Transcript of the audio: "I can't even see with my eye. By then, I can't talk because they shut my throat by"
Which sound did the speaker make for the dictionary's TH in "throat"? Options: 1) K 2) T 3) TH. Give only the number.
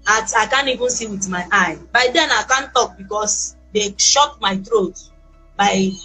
2